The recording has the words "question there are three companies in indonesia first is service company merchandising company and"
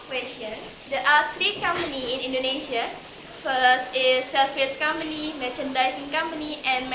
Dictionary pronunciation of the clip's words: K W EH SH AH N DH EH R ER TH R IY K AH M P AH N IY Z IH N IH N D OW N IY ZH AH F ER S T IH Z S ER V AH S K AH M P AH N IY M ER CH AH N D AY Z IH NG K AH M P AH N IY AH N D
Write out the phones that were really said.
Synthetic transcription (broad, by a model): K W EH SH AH N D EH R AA T R IY K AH M P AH N IY IH N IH N D OW N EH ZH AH F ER S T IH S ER F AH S K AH M P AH N IY M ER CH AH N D AY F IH NG K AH M P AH N IY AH N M